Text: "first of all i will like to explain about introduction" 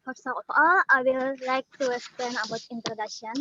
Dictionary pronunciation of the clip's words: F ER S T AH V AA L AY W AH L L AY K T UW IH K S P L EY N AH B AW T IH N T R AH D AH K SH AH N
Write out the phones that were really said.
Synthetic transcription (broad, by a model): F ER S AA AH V AA L AY W AH L L AY K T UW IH S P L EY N AH B AW T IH N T R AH D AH K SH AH N